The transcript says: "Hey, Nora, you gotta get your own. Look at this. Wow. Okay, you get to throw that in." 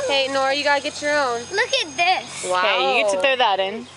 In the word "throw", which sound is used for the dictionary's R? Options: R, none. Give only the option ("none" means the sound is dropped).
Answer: none